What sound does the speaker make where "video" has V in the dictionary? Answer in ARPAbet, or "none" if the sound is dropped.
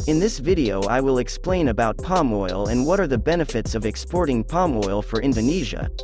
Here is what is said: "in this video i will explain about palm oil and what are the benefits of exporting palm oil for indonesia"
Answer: V